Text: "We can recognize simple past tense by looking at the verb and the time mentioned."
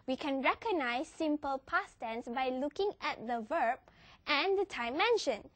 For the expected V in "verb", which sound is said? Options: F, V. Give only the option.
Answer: V